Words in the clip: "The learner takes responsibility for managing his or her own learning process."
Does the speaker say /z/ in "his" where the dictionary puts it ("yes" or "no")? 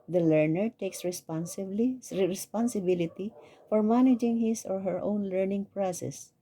no